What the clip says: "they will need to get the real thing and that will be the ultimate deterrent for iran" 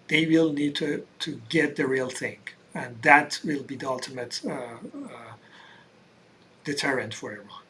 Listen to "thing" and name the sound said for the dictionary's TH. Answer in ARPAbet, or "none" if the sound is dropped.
TH